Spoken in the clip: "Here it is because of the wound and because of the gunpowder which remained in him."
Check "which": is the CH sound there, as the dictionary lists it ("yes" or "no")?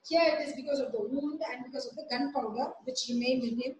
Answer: yes